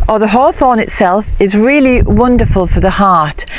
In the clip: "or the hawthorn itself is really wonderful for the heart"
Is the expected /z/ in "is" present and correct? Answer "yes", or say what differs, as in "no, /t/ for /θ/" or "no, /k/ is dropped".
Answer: yes